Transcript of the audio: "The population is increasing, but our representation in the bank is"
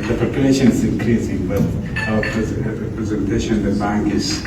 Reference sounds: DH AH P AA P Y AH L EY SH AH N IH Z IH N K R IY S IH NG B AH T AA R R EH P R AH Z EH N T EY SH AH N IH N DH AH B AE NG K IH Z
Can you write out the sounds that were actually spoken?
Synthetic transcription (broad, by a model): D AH P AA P Y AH L EY SH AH N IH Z IH N K R IY S IH NG B AH T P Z R EH P R AH Z EH N T EY SH AH N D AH B AE NG K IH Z